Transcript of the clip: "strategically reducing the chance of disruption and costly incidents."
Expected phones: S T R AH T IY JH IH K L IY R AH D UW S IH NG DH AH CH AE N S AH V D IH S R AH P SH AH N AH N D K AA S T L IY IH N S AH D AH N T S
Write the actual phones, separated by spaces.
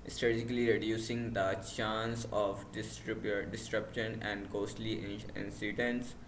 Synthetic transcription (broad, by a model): S T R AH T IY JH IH K L IY R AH D UW S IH NG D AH CH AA N S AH B D IH S R AH P SH AH N AH N D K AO S T L IY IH N S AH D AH N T S